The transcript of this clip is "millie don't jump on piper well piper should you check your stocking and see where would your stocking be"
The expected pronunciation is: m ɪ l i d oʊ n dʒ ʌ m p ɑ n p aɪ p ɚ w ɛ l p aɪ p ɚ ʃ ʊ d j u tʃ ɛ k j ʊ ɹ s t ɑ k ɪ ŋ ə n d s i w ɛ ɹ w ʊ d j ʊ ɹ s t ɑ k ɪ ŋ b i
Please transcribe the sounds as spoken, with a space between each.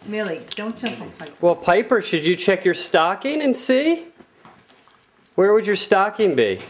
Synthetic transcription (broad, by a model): m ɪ l i d oʊ n tʃ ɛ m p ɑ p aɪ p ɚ w ɛ l p aɪ p ɚ ʃ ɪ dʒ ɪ tʃ ɛ k j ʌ ɹ s t ɑ k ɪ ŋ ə n s i w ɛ ɹ w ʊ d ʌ ɹ s t ɑ k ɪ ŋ b i